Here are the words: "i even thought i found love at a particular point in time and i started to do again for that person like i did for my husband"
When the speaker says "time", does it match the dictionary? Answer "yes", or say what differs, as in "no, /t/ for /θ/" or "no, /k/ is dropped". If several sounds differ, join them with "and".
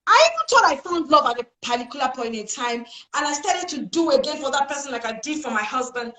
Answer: yes